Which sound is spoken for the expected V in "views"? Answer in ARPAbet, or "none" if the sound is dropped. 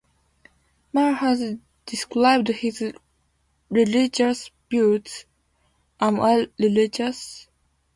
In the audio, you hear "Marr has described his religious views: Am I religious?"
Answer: B